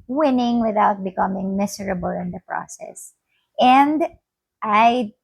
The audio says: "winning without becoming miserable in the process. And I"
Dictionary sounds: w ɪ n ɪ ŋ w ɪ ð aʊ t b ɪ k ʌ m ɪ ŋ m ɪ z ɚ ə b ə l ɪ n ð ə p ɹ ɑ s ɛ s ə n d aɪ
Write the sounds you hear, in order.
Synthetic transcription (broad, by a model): w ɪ n ɪ ŋ w ɪ ð aʊ t b ɪ k ʌ m ɪ ŋ m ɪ s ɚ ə b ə l ɪ n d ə p ɹ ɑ s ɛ s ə n d aɪ